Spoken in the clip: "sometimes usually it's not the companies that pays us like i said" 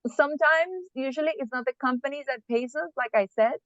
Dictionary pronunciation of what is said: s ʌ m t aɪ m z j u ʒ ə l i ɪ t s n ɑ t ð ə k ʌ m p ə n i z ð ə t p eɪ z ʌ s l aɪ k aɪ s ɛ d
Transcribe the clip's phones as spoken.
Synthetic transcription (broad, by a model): s ʌ m t aɪ m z j u ʒ ə l i ɪ t s n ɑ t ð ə k ʌ m p ə n i z ð ə t p eɪ s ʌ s l aɪ k aɪ s ɛ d